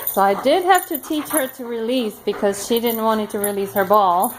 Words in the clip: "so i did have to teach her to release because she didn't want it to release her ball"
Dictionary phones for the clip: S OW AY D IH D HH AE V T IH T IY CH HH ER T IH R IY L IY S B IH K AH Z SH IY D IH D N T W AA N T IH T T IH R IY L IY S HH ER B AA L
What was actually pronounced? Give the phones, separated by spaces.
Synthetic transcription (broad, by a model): S OW AY D IH D HH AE F T IH T IY CH HH ER T IH R IY L IY S B IH K AH Z SH IY D IH D N T W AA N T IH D T IH R IY L IY S HH ER B AA L